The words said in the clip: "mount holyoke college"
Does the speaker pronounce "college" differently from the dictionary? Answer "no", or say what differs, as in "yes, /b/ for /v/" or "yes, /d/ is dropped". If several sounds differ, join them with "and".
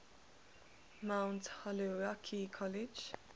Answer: no